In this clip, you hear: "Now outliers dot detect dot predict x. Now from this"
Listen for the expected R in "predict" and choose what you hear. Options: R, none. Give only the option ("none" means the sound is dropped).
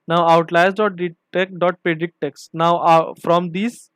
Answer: none